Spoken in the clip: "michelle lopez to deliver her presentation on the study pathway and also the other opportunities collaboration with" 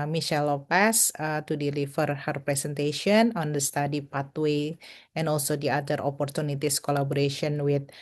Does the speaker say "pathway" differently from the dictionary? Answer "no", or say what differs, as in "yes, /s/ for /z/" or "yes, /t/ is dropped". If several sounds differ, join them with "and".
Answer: yes, /t/ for /θ/